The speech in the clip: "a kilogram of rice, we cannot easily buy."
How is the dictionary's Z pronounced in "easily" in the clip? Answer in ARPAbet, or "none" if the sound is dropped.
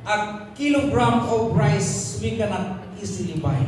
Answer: S